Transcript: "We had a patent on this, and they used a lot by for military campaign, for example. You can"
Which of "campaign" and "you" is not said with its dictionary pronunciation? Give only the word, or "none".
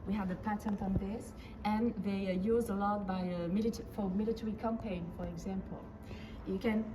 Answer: none